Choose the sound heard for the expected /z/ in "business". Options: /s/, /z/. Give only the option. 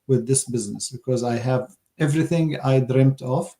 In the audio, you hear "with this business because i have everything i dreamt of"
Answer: /z/